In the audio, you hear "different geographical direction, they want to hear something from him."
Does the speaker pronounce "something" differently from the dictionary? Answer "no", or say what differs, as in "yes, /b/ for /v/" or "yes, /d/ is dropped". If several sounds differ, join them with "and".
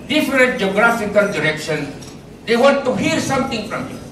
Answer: yes, /t/ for /θ/